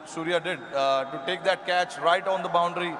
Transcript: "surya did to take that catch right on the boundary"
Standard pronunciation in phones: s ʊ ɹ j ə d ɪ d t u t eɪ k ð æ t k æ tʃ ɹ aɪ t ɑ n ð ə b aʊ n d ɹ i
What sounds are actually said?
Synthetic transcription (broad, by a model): s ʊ ɹ j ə d ɪ d t u t eɪ k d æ t k æ tʃ ɹ aɪ t ɑ n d ə b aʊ n d ɹ i